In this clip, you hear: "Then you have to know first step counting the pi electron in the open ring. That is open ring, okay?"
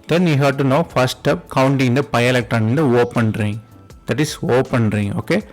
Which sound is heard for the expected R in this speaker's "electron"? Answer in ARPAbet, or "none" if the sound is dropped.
none